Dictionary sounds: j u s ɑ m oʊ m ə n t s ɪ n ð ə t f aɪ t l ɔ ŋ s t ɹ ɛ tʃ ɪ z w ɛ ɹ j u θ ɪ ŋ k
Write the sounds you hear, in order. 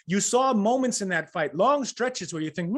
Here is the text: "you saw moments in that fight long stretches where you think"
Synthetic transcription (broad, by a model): j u s ɑ m oʊ m ə n t s ɪ n ð ə t f aɪ t l ɔ ŋ s t ɹ ɛ tʃ ɪ z w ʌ ɹ j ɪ θ ɪ ŋ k